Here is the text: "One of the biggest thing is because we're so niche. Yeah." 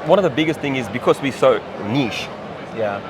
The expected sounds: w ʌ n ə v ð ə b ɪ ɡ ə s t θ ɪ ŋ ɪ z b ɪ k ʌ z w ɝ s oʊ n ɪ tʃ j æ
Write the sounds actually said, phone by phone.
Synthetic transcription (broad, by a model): w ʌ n ə v ð ə b ɪ ɡ ə s t θ ɪ ŋ ɪ z b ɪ k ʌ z w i s oʊ n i ʃ j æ